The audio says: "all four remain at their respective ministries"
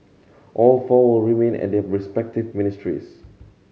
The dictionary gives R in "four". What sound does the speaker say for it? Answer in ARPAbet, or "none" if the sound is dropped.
L